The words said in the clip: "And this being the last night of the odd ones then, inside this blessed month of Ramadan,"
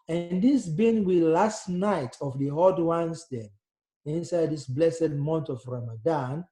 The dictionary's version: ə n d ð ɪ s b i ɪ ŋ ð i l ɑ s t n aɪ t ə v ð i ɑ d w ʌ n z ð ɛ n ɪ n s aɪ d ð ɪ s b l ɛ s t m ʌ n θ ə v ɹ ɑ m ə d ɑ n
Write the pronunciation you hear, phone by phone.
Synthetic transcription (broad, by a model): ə n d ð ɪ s b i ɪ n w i l ɑ s t n aɪ t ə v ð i ɑ d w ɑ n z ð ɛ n ɪ n s aɪ d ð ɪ s b l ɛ s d m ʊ n t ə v ɹ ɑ m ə d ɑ n